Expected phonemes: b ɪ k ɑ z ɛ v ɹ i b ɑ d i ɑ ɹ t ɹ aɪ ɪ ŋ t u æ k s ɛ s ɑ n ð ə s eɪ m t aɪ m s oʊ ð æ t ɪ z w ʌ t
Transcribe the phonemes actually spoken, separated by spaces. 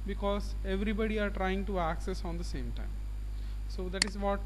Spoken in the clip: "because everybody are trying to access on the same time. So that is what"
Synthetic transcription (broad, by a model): b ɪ k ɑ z ɛ v ɹ i b ɑ d i ɑ ɹ t ɹ aɪ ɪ ŋ t u æ k s ɛ s ɑ n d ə s eɪ m t aɪ m s oʊ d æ t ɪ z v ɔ t